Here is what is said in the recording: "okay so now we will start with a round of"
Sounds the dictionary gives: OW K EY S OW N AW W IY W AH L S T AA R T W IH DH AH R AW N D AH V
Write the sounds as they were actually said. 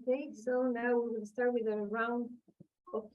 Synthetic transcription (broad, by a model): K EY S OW N AW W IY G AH N S T AA R T W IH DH AH R AW N D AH